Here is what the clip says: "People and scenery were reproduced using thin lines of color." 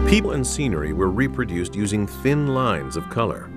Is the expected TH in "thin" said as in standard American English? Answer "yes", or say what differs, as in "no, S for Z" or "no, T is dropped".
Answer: yes